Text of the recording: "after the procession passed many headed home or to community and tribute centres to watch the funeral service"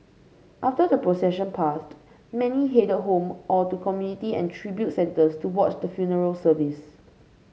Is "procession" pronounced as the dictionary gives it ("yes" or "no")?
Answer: yes